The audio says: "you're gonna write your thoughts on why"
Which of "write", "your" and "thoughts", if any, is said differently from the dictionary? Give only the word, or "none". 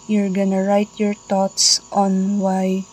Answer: thoughts